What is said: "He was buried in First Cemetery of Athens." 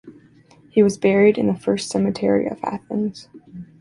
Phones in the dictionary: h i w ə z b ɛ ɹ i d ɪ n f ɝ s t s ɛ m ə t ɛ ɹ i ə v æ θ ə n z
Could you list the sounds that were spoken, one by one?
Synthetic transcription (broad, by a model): h i w ə z b ɛ ɹ i d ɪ n f ɝ s t s ɛ m ə t ɛ ɹ i ə v æ θ ə n z